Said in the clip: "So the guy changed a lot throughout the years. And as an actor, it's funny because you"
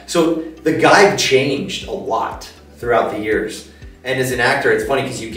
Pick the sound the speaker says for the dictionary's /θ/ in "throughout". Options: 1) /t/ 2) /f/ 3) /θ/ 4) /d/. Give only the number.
3